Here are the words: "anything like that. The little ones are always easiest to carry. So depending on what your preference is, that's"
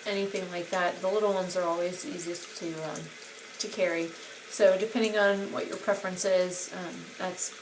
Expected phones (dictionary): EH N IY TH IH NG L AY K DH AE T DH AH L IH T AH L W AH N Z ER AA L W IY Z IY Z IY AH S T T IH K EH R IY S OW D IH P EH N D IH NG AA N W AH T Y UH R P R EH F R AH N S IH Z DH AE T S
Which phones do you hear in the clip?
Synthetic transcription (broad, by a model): EH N IY TH IH NG L AY K DH AE T DH AH L IH T L W AH N Z ER AA L W IY Z IY Z IY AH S T T IH K EH R IY S OW D IH P EH N D IH NG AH N W AH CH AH R P R EH F R AH N S IH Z DH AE T S